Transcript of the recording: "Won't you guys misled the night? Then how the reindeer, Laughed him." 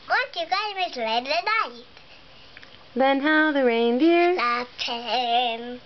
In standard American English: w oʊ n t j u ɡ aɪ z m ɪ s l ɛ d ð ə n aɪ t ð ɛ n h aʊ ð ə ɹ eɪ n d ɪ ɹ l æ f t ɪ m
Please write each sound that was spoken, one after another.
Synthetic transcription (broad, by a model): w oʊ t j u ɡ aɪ m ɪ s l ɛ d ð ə n aɪ t ð ɛ n h aʊ ð ə ɹ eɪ n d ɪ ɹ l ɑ t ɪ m